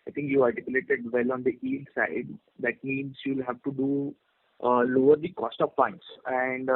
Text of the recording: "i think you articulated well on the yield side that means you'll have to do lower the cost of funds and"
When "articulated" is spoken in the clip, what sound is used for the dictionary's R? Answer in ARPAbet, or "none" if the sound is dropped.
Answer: L